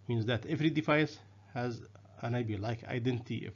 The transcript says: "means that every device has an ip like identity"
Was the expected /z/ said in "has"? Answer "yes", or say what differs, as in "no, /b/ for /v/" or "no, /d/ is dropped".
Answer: yes